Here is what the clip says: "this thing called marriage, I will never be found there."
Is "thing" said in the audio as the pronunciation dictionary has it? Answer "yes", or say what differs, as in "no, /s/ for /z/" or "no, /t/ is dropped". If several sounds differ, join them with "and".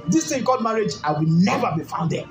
no, /t/ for /θ/